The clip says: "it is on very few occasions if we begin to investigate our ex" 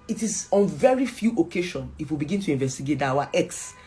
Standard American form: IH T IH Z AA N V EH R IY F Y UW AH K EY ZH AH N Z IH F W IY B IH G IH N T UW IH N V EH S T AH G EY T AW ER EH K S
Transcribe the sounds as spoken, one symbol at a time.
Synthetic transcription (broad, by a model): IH T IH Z AA N V EH R IY F Y UW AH K EY SH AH N IH F W IY B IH G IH N T UW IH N V EH S T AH G EY T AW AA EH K S